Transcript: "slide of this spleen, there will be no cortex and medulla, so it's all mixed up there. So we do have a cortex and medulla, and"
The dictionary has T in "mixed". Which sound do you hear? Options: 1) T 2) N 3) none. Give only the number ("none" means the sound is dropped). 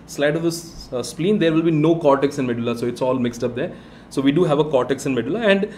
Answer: 1